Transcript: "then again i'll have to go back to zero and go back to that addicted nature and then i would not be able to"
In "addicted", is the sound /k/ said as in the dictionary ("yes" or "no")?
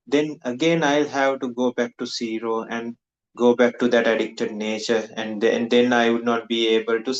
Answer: yes